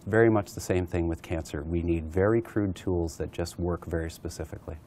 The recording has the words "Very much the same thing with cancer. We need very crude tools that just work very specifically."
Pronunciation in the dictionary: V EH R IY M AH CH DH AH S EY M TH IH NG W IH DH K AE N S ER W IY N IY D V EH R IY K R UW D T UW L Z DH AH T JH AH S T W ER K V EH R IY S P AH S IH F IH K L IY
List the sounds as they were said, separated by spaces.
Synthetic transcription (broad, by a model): V EH R IY M AH CH DH AH S EY M TH IH NG W IH DH K AE N S ER W IY N IY D V EH R IY K R UW D T UW L Z DH AH T JH AH S T W ER K V EH R IY S P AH S IH F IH K L IY